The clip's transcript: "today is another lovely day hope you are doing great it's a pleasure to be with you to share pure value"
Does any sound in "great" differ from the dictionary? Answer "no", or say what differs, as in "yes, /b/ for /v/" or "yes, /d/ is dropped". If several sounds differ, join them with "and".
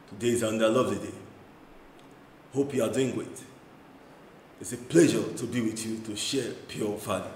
yes, /w/ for /ɹ/